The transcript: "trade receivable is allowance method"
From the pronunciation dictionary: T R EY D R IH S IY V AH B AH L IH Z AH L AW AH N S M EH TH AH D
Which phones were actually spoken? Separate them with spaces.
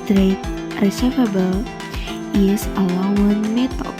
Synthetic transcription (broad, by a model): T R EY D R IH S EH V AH B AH L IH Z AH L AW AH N M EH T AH